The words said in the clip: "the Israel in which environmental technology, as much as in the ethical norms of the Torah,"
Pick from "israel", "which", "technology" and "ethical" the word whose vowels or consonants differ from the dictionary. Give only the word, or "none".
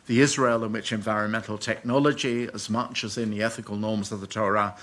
none